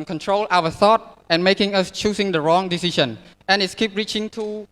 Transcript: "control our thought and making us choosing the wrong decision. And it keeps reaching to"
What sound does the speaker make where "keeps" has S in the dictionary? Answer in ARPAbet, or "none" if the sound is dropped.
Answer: none